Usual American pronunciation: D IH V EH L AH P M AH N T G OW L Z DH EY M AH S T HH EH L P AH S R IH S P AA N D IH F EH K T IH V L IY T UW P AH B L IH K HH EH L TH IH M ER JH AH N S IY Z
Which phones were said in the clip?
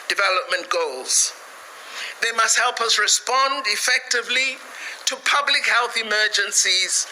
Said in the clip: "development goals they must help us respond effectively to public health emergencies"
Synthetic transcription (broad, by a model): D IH V EH L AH P M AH N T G OW L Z DH EY M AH S T HH EH L P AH S R IH S P AA N D IH F EH K T IH V L IY T UW P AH B L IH K HH EH L TH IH M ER JH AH N S IY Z